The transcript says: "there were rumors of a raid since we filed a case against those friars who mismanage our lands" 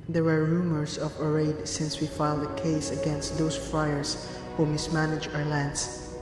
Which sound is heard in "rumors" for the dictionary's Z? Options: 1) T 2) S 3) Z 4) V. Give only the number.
2